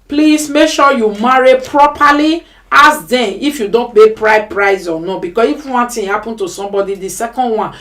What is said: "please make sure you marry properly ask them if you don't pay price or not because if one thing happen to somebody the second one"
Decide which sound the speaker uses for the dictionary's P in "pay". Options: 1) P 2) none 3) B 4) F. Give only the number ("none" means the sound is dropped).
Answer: 3